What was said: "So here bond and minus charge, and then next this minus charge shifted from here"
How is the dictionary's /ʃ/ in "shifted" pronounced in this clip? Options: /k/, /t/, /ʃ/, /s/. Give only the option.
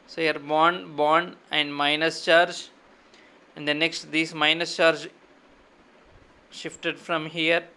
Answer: /ʃ/